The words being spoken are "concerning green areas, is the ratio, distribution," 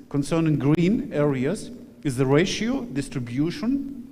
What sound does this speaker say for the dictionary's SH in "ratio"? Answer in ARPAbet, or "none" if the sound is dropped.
SH